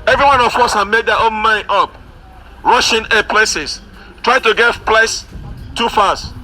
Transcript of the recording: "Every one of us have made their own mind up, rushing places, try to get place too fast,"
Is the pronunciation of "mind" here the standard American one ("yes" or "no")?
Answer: no